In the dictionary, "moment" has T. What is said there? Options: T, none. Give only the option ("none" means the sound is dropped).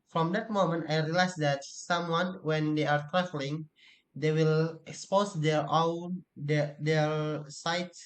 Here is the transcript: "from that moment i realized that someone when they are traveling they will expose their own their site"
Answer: T